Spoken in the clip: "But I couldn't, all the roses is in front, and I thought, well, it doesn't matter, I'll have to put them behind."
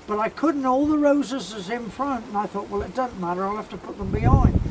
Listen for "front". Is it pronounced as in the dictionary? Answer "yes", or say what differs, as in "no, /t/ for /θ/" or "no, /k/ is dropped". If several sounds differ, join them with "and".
yes